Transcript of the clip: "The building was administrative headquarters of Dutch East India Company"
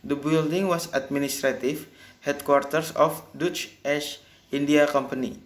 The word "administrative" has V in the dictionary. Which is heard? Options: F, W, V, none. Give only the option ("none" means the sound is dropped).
F